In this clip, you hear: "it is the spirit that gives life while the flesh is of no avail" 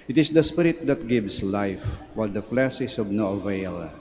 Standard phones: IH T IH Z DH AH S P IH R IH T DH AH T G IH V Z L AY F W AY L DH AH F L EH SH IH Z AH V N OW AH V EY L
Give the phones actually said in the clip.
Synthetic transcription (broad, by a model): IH T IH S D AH S P IH R IH T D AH T G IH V S L AY F W AY L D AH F L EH S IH S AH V N OW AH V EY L